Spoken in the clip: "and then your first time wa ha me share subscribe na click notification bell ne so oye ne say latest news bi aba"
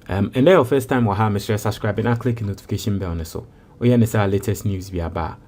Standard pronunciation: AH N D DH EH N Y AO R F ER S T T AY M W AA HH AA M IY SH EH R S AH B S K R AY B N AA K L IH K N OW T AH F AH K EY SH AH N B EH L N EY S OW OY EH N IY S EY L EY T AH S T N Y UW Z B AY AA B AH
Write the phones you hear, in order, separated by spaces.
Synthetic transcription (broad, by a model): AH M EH N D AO F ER S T T AY M W AA HH AA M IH S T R S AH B S K R AY B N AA K L IH K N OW T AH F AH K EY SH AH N B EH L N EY S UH OY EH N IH S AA L EY T AH S T N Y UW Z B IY AA B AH